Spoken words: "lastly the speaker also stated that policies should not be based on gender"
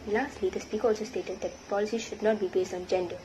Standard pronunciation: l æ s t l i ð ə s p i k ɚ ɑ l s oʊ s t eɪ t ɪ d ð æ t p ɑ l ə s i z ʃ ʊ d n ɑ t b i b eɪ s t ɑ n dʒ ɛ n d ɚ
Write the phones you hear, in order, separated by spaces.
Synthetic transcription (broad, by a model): l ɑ s t l i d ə s p i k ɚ ɑ l s oʊ s t eɪ t ɪ d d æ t p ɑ l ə s i ʃ ʊ d n ɑ t b i b eɪ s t ɑ n dʒ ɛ n d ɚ